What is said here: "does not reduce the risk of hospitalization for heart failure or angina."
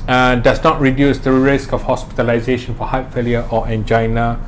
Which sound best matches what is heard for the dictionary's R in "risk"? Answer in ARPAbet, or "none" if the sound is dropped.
R